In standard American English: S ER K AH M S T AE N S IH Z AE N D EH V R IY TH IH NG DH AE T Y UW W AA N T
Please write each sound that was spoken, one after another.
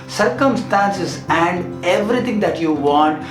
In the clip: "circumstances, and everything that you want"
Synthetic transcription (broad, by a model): S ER K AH M S T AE N S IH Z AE N D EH V R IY T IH NG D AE T Y UW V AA N T